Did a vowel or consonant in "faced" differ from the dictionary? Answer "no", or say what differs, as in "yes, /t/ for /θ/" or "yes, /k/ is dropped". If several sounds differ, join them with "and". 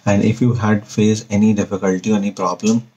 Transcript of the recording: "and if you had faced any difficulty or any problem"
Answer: yes, /t/ is dropped